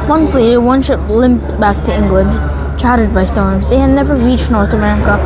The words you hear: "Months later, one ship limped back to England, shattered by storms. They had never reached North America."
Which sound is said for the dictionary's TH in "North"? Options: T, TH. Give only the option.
TH